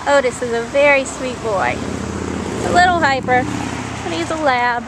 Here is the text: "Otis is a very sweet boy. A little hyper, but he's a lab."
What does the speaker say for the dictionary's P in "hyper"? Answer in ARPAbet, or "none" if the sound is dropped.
P